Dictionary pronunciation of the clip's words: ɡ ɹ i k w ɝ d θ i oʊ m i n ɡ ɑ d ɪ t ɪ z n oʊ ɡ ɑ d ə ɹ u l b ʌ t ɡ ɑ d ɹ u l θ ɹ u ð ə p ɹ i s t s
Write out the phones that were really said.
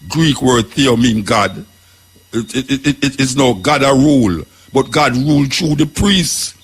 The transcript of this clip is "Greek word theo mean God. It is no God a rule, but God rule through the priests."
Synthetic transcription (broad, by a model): ɡ ɹ i k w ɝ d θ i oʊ m i n ɡ ɑ d ɪ t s n oʊ ɡ ɑ d ə ɹ u l b ʌ t ɡ ɑ d ɹ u l t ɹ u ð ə p ɹ i s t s